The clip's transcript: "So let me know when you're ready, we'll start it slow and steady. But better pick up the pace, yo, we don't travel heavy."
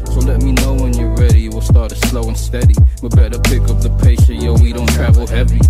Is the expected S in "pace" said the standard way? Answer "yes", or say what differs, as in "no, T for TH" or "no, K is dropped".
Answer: no, SH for S